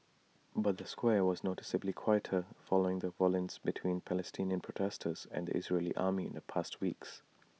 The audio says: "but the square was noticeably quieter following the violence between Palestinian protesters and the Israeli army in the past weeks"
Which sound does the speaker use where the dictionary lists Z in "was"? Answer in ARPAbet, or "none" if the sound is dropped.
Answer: Z